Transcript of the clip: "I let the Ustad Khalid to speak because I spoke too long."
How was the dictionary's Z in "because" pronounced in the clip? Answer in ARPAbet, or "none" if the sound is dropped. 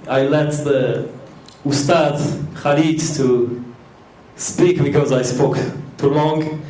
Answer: Z